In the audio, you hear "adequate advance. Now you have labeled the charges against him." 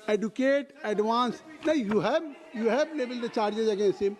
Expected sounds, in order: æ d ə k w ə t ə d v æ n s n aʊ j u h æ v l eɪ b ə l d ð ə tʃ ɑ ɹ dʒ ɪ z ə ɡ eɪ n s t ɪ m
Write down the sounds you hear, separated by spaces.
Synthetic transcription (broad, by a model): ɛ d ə k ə t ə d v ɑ n s n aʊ j u h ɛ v l eɪ b ə l d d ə tʃ ɑ ɹ dʒ ɪ z ə ɡ eɪ n s t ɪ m